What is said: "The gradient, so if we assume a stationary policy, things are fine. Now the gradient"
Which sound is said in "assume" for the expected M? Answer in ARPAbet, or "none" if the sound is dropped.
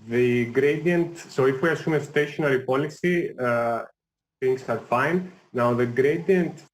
M